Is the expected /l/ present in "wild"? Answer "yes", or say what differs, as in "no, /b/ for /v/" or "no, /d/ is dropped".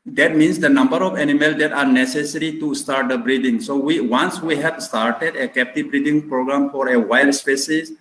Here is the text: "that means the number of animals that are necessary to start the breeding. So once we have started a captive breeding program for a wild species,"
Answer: yes